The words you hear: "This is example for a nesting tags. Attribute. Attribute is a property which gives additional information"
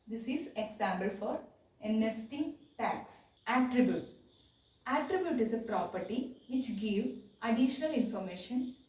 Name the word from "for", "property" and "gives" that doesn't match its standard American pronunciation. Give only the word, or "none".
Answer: gives